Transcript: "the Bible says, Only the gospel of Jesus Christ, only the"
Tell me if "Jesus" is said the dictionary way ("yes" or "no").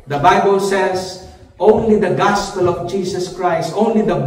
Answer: no